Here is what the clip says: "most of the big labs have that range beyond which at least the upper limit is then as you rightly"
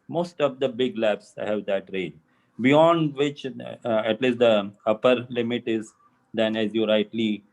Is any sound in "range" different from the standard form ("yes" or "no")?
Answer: yes